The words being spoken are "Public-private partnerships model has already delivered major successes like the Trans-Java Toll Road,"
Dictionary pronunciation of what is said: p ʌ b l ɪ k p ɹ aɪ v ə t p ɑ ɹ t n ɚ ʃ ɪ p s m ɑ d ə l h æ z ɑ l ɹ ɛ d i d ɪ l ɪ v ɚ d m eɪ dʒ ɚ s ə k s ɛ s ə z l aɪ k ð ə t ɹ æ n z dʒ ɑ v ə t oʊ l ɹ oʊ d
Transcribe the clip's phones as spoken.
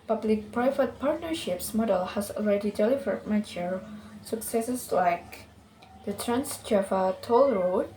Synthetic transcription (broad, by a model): p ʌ b l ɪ k p ɹ aɪ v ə t p ɑ ɹ t n ɚ ʃ ɪ p s m ɑ d ə l h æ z ɑ l ɹ ɛ d i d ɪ l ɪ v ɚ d m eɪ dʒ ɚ s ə k s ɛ s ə s l aɪ k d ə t ɹ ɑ n s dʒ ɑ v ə t oʊ l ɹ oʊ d